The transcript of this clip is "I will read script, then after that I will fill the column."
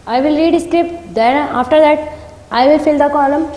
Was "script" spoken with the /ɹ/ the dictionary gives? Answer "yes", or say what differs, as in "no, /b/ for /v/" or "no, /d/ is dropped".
yes